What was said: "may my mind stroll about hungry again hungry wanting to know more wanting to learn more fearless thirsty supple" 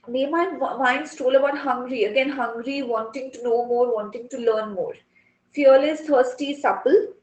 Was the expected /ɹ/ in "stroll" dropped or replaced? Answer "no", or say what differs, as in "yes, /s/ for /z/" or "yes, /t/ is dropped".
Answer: yes, /ɹ/ is dropped